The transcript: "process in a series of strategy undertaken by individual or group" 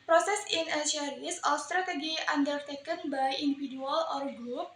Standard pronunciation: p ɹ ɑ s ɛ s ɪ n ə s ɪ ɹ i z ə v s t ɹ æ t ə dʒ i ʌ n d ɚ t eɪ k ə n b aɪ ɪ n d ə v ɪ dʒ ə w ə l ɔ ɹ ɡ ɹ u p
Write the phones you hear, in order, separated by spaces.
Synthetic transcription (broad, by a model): p ɹ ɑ s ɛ s ɪ n ə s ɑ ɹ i s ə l s t ɹ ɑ t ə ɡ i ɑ n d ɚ t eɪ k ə n b aɪ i n d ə f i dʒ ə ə l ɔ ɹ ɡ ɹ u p